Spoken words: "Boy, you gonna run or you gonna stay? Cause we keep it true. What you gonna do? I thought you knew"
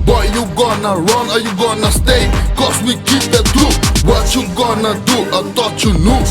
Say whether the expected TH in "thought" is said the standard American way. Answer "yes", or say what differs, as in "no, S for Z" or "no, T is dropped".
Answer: no, T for TH